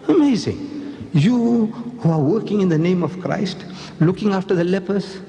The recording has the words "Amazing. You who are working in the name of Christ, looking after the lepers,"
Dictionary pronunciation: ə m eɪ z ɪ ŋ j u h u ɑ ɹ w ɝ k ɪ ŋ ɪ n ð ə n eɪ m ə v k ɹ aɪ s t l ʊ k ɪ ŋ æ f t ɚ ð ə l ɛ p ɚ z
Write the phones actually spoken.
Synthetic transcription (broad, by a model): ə m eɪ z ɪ ŋ j u h u ɑ ɹ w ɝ k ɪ ŋ ɪ n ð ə n eɪ m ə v k ɹ aɪ s t l ʊ k ɪ ŋ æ f t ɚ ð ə l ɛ p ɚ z